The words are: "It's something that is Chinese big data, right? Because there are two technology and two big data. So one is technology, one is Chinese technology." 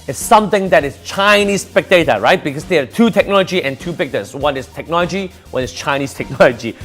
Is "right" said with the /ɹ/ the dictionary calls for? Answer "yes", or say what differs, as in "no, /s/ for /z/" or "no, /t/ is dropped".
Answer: yes